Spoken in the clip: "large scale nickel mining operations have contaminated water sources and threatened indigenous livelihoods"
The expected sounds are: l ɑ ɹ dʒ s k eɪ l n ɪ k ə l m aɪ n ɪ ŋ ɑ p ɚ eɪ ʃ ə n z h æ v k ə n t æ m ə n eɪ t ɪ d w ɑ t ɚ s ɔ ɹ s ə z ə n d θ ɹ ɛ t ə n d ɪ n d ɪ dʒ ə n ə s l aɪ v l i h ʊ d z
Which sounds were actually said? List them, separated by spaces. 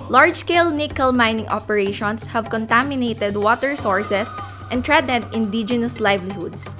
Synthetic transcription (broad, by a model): l ɑ ɹ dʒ s k eɪ l n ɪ k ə l m aɪ n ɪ ŋ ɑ p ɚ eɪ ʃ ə n s h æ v k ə n t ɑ m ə n eɪ t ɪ d w ɑ t ɚ s ɔ ɹ s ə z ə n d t ɹ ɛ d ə d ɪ n d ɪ dʒ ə n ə s l aɪ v l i h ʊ d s